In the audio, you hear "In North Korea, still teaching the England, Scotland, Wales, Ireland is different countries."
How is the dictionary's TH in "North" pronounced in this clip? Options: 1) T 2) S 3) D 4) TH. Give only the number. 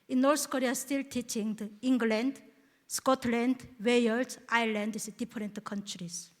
2